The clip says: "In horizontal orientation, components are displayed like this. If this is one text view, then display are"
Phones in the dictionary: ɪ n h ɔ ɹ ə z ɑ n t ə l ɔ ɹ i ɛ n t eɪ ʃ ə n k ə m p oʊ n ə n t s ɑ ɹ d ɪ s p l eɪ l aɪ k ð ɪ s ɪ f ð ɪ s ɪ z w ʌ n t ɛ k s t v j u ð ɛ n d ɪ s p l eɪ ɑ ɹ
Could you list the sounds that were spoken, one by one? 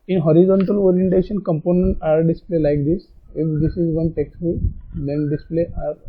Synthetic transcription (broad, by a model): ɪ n h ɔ ɹ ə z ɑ n t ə l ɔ ɹ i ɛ n t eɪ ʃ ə n k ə m p oʊ n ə n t ɑ ɹ d ɪ s p l eɪ l aɪ k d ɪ s ɪ f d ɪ s ɪ z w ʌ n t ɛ k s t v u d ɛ n d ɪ s p l eɪ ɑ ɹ